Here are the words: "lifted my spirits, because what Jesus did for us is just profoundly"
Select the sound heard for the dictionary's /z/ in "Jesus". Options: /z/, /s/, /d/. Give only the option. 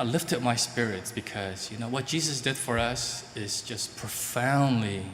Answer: /z/